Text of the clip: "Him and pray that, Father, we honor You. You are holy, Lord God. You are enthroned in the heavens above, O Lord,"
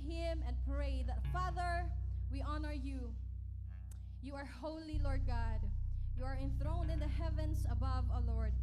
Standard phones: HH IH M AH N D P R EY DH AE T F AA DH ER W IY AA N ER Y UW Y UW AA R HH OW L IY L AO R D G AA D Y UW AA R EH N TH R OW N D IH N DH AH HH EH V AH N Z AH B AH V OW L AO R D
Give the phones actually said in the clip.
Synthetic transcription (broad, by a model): HH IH M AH N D P R EY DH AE T F AA DH ER W IY AA N ER Y UW Y UW AA R HH OW L IY L AO R D G AA D Y UW AA R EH N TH R OW N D IH N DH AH HH EH V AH N S AH B AH V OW L AO R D